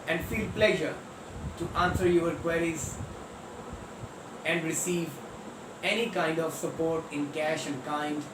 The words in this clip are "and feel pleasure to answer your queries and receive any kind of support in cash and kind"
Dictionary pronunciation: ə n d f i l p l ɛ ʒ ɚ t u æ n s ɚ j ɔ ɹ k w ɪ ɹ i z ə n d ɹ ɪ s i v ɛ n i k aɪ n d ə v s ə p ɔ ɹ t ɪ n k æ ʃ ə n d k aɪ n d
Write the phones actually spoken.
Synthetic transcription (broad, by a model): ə n d f i l p l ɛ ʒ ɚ t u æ n s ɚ j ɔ ɹ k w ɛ ɹ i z ə n d ɹ ɪ s i v ɛ n i k aɪ n d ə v s ə p ɔ ɹ t ɪ n k æ ʃ ə n d k aɪ n d